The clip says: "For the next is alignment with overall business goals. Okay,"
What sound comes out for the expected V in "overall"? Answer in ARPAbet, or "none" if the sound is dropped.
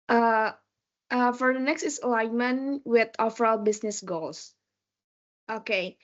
F